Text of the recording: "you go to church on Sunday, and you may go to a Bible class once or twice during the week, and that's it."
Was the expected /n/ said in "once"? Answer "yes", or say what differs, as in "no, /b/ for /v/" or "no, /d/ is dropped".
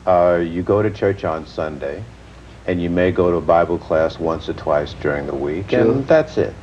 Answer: yes